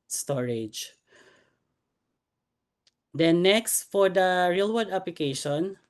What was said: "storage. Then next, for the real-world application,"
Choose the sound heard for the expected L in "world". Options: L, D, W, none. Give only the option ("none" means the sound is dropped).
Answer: none